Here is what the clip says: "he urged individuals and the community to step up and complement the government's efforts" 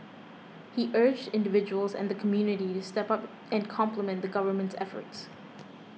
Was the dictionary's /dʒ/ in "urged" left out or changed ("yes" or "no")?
no